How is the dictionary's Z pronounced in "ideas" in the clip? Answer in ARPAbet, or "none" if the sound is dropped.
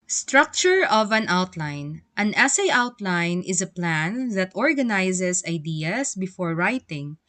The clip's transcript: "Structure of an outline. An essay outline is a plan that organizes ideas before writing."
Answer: S